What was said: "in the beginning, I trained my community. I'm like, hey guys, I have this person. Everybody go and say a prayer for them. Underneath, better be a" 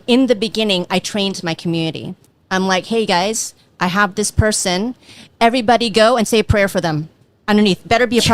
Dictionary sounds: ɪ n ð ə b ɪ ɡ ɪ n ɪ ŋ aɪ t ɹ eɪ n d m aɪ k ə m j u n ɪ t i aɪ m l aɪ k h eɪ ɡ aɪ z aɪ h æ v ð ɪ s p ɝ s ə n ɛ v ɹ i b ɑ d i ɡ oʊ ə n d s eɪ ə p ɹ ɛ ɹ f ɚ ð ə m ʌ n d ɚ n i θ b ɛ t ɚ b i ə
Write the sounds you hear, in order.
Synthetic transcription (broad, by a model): ɪ n ð ə b ɪ ɡ ɪ n ɪ ŋ aɪ t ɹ eɪ n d m aɪ k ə m j u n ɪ t i aɪ m l aɪ k h eɪ ɡ aɪ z aɪ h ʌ v ð ɪ s p ɝ s ə n ɛ v ɹ i b ɑ d i ɡ oʊ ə n s eɪ ə p ɹ ɛ ɹ f ɚ ð ə m ʌ n d ɚ n i θ b ɛ t ɚ b i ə